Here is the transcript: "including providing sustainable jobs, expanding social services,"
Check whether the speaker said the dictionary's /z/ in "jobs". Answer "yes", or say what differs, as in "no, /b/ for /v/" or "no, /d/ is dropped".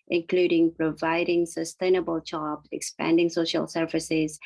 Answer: no, /z/ is dropped